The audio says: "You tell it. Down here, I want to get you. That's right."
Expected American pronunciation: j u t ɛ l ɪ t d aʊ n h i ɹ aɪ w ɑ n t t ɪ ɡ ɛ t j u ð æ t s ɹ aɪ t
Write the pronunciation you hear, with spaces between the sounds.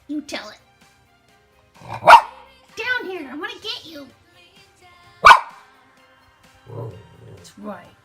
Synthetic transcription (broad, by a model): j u t ɛ l ɪ t d aʊ n h i ɹ aɪ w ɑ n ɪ ɡ ɛ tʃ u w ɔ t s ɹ aɪ t